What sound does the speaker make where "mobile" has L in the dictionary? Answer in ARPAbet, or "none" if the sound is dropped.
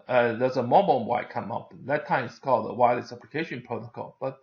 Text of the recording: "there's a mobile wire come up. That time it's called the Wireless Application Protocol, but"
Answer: N